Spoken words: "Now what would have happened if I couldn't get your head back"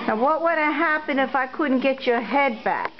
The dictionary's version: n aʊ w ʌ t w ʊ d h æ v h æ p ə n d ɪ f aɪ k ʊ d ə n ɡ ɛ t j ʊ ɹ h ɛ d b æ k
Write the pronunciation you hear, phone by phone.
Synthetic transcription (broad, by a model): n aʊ w ʌ t w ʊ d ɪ h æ p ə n ɪ f aɪ k ʊ d n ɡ ɛ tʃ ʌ ɹ h ɛ d b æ k